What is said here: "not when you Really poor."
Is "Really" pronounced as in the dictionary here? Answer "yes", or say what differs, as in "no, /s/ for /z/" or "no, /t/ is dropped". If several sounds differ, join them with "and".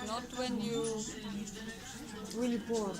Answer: no, /w/ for /ɹ/